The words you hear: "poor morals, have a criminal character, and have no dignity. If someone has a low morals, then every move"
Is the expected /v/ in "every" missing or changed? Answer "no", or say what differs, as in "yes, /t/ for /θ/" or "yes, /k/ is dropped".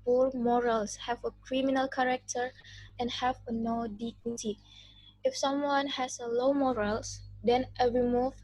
yes, /v/ is dropped